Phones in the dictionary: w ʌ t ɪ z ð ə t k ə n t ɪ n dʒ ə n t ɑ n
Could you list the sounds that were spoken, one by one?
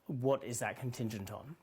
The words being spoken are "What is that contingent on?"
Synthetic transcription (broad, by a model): w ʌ t ɪ z ð ə t k ə n t ɪ n dʒ ə n t n